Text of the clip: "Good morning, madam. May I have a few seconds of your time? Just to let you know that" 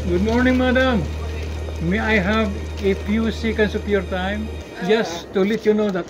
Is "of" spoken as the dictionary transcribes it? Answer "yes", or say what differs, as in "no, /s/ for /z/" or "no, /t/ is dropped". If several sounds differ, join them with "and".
no, /p/ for /v/